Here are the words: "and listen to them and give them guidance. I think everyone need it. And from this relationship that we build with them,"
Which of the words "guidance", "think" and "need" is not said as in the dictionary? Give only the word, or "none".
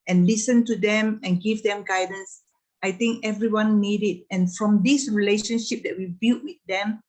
think